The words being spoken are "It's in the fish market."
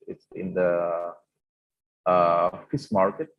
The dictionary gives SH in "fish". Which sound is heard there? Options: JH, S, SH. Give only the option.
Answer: S